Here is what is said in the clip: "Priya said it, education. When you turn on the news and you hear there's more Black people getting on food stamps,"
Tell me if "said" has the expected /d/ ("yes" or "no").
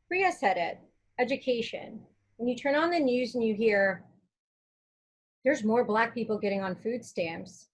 yes